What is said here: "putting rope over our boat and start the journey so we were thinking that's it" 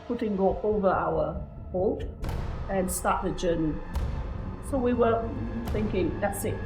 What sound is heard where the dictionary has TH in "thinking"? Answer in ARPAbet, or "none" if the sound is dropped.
TH